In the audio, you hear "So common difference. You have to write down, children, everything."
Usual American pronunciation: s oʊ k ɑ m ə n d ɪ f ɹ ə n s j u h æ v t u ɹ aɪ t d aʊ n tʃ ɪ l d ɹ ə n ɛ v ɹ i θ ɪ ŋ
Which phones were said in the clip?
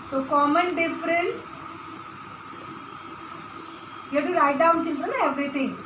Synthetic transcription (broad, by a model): s oʊ k ɑ m ə n d ɪ f ɹ ə n s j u t u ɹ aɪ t d aʊ n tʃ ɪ n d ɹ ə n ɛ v ɹ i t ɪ ŋ